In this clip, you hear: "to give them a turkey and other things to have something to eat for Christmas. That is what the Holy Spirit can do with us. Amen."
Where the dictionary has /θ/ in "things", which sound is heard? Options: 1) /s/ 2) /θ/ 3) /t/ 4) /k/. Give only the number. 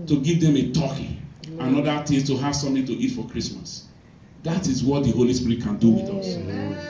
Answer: 3